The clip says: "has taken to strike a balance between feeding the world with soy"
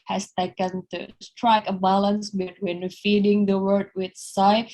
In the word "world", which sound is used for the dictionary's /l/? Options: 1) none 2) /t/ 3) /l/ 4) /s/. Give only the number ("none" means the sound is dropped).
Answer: 1